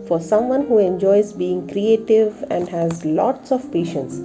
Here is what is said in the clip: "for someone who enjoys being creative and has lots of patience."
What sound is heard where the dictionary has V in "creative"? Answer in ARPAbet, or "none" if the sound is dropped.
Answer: V